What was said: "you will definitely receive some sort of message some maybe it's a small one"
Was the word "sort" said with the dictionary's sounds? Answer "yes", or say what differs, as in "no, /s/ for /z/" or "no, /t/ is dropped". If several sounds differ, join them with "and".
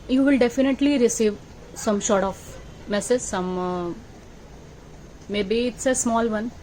no, /ʃ/ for /s/